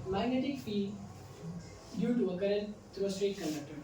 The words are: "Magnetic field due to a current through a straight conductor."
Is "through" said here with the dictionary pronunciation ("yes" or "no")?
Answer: no